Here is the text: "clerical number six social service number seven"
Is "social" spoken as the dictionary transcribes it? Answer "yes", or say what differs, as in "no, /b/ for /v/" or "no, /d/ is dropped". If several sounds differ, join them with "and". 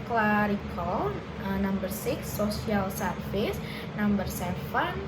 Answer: no, /ʃ/ is dropped